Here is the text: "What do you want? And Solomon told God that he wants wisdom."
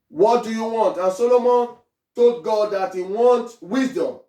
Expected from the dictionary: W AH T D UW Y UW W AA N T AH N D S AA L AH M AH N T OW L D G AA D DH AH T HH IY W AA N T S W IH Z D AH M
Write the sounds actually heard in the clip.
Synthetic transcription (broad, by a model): W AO T D UW Y UW W AA N T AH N S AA L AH M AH N T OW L G AA D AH T HH IY W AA N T W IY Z D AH M